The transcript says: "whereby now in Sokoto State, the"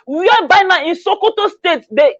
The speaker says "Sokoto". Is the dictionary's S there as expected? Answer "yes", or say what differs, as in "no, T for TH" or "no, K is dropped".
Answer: yes